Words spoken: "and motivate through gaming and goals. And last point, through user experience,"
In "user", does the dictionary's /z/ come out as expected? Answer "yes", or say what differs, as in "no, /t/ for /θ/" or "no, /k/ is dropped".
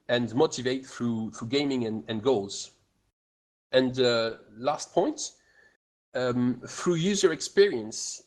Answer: yes